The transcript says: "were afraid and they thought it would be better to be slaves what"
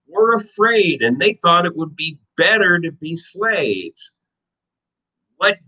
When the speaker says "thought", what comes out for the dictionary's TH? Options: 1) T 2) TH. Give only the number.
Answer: 2